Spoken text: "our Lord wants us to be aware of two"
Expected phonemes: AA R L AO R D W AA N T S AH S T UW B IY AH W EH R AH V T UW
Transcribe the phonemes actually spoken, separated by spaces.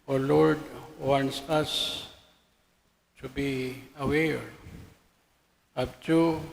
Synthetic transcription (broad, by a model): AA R L AO R D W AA N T S AH S T UW B IY AH W EH R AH P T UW